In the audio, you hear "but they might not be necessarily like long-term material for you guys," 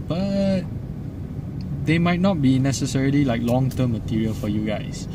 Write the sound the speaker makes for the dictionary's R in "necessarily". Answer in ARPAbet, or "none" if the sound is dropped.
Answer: R